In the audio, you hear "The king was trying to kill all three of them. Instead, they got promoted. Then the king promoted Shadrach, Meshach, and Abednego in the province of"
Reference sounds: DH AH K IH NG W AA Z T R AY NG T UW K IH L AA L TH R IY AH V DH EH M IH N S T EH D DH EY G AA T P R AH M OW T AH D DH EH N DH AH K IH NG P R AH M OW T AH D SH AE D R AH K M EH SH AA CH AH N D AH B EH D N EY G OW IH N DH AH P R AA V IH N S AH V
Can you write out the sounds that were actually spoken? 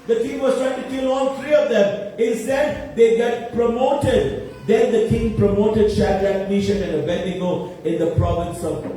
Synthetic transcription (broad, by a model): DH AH K IH NG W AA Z T R AY NG T UW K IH L AA L T R IY AH V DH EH M IH N S T EH D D EY G AA T P R AH M OW T AH D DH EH N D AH K IH NG P R AH M OW T AH D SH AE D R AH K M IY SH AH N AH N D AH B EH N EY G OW IH N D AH P R AA V IH N S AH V